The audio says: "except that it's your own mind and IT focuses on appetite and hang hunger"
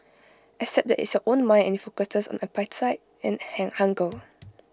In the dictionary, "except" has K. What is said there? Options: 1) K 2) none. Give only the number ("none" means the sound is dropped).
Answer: 2